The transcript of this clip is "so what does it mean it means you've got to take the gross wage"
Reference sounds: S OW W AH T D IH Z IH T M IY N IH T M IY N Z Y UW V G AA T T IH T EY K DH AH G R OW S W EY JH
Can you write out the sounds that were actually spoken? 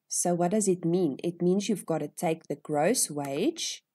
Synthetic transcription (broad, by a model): S OW W AH T D IH Z IH T M IY N IH T M IY N Z Y UW V G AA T T IH T EY K DH AH G R OW S W EY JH